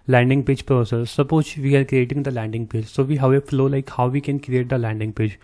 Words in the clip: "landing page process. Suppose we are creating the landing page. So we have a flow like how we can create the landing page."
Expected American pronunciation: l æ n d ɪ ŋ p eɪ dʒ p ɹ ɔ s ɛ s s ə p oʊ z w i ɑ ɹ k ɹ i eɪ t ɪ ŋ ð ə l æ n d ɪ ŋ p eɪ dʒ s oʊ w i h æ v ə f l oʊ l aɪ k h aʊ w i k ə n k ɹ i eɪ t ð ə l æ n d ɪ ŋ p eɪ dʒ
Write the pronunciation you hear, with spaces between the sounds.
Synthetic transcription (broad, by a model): l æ n d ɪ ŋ p eɪ dʒ p ɹ ɔ s ɛ s s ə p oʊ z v i ɑ ɹ k ɹ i eɪ t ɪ ŋ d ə l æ n d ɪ ŋ p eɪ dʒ s oʊ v i h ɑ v ə f l oʊ l aɪ k h aʊ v i k ə n k ɹ i eɪ t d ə l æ n d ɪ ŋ p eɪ dʒ